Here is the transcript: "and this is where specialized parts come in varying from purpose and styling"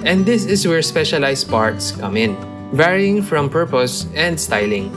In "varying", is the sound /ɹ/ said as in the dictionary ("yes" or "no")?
yes